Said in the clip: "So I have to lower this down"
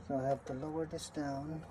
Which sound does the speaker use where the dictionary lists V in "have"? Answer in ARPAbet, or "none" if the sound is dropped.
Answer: P